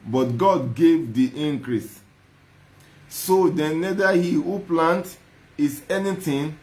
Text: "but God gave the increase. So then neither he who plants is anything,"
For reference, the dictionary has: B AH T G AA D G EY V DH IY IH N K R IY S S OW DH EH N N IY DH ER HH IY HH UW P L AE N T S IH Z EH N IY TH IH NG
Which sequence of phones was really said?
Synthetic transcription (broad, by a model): B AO T G AA D G EY V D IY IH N K R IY S S OW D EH N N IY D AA HH IY HH UW P L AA N T IH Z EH N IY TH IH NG